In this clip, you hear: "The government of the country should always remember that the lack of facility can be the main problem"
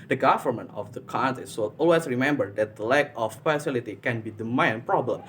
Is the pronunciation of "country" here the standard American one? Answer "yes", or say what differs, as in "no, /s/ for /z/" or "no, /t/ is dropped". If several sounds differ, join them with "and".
no, /ɹ/ is dropped